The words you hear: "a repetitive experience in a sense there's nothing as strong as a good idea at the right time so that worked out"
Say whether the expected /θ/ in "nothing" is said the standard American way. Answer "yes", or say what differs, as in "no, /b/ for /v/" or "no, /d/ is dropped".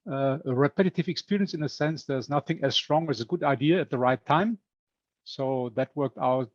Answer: yes